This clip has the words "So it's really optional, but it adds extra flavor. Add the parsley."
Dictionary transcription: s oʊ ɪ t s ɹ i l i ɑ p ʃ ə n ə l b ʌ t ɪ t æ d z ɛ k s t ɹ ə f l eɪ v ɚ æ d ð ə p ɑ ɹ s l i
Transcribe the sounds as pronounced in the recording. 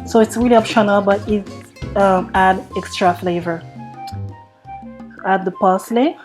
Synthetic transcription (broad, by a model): s oʊ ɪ t s ɹ i l i ɑ p ʃ ə n ə l b ʌ t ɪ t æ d ɛ k s t ɹ ə f l eɪ v ɚ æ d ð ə p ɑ s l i